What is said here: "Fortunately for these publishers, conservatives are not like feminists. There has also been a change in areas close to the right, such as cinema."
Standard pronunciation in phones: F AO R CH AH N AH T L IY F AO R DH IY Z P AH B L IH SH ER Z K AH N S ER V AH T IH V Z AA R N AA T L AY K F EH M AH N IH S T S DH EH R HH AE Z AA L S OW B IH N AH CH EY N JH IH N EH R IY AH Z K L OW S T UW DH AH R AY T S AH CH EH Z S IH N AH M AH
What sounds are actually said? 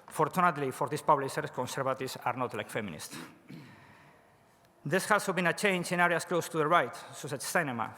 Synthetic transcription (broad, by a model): F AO R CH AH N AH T L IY F AO R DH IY S P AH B L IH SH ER S K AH N S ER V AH T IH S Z AA R N AA T L AY K F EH M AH N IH S T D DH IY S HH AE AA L S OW B IH N AH CH EY N JH IH N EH R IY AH S K L OW S T UW DH AH R AY T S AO S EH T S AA N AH M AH